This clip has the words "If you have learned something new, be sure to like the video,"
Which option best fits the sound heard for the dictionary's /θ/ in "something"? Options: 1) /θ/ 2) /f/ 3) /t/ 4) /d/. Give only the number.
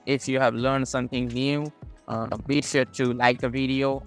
1